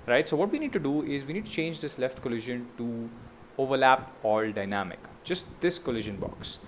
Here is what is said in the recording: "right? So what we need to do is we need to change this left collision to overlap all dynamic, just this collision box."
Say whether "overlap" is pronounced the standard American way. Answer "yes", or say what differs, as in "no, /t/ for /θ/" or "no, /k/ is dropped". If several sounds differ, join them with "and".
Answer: yes